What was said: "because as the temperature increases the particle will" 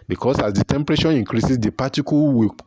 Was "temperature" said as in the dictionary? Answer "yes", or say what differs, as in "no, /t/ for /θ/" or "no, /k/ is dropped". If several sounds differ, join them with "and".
no, /ʃ/ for /tʃ/